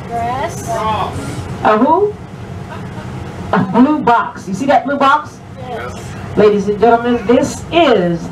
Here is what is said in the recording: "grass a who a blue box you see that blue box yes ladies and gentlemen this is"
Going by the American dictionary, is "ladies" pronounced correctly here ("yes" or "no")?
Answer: yes